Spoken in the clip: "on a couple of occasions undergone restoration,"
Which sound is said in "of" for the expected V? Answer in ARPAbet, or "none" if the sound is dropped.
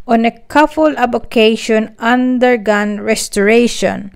B